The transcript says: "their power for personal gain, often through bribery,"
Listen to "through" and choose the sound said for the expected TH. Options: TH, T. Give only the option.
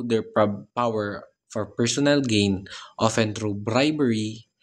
T